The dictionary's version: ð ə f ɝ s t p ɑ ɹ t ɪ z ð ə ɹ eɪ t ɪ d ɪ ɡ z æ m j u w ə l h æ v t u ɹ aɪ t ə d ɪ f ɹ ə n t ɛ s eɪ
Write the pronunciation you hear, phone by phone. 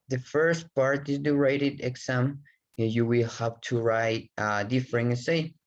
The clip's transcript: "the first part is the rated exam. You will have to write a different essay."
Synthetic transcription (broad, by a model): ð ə f ɝ s t p ɑ ɹ t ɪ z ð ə ɹ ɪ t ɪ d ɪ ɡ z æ m j u w ə l h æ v t u ɹ aɪ t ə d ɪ f ɹ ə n ɛ s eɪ